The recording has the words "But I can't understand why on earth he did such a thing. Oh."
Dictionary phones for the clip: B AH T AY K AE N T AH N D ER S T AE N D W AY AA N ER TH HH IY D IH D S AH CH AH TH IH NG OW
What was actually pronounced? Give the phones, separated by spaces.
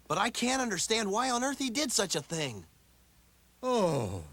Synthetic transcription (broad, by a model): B AH T AY K AE N T AH N D ER S T AE N D W AY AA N ER TH HH IY D IH D S AH CH AH TH IH NG OW